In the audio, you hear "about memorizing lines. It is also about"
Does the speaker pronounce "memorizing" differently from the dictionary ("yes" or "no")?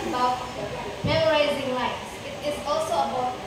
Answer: no